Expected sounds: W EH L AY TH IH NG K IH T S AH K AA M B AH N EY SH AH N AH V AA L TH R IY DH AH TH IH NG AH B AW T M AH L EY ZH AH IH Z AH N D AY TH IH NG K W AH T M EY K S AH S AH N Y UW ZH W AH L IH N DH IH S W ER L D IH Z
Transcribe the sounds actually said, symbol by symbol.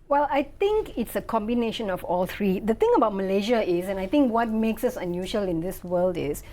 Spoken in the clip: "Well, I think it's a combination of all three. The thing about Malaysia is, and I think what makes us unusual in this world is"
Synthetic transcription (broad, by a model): W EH L AY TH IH NG K IH T S AH K AA M B AH N EY SH AH N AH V AA L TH R IY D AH T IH NG AH B AW T M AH L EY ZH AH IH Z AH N AY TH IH NG K W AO T M EY K S AH S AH N Y UW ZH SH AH L IH N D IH S W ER L D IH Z